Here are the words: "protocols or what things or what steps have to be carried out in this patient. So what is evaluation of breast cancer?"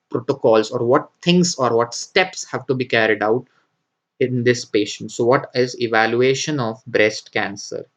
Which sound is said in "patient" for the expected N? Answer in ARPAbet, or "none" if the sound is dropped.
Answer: N